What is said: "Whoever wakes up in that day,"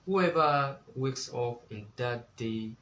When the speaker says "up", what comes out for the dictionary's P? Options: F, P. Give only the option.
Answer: F